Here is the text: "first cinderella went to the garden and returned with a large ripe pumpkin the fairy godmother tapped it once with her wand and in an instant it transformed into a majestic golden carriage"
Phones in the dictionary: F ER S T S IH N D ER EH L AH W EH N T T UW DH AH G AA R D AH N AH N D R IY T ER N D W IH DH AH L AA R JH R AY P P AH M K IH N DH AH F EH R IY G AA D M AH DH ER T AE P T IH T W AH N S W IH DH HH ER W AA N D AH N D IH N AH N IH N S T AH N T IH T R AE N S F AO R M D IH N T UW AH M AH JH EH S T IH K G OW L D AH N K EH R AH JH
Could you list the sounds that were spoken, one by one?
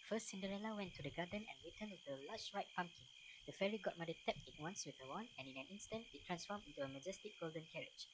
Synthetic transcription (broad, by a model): F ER S T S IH N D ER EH L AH W EH N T T UW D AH G AA D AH N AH N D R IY T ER N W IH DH AH L AA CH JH R AY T P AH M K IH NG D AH F EH R IY G AA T M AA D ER T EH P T IH T W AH N S W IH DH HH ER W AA N AH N IH N AH N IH N S T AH N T IH T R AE N S F AO M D IH N T UW AH M AH JH EH S T IH K G OW L D AH N K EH R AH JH